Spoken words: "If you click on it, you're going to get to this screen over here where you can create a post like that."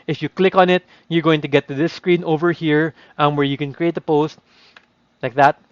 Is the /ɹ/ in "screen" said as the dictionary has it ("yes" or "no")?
yes